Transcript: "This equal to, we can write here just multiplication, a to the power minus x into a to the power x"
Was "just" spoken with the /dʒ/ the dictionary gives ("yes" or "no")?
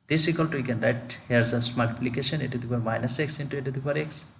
no